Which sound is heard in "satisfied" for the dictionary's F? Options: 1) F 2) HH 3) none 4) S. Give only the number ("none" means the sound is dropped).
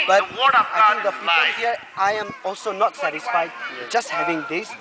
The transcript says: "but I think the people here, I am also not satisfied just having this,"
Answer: 1